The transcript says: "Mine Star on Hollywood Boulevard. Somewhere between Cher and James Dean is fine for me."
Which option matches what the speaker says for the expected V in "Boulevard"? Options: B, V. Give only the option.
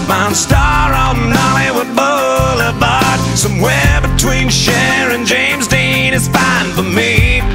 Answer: B